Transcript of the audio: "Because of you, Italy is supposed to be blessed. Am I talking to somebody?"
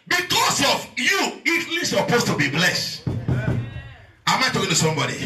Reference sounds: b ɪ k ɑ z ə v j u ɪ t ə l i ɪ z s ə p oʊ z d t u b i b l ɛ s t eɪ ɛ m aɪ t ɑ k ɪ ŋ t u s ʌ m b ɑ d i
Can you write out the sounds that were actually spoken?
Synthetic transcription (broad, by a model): b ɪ k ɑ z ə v j u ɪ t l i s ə p oʊ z t u b i b l ɛ s t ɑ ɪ m aɪ t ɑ k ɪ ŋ t u s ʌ m b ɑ d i